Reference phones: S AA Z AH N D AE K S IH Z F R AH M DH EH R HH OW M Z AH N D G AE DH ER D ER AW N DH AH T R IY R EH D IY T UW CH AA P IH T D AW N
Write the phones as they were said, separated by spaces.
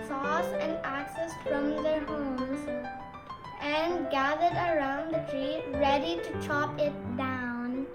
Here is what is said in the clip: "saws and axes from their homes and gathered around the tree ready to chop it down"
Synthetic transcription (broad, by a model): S AA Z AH N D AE K S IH S F R AH M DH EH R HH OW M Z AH N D G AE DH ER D ER AW N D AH T R IY R EH D IY T UW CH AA P IH T D AW N